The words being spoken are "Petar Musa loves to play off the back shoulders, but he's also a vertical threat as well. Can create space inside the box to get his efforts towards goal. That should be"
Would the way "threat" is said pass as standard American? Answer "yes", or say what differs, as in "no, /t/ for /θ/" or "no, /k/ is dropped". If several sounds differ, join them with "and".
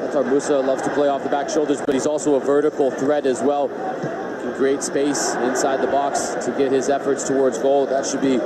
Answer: yes